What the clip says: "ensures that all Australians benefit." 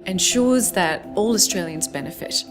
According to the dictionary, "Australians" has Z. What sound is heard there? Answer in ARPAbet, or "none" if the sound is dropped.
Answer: Z